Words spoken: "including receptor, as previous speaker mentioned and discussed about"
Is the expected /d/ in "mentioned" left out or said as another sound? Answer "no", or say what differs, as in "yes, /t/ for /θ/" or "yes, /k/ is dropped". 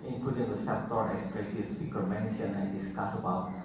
yes, /d/ is dropped